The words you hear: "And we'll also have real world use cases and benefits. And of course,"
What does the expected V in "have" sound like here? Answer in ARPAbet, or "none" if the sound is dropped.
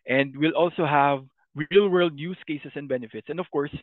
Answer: V